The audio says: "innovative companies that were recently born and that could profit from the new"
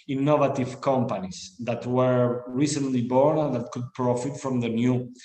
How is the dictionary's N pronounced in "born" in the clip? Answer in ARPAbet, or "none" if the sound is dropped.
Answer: N